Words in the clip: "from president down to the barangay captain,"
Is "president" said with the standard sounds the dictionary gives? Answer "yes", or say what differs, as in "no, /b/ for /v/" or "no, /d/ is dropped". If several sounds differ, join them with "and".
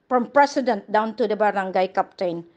no, /s/ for /z/